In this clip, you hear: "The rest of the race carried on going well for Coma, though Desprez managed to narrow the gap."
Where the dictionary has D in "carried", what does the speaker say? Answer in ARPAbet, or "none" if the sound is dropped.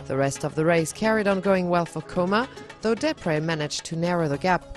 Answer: D